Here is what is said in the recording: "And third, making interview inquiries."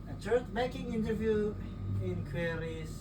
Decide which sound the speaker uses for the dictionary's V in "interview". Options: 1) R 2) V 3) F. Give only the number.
2